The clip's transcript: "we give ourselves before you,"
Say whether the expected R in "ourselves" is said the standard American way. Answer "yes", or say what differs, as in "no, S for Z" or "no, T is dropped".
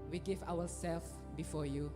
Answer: no, W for R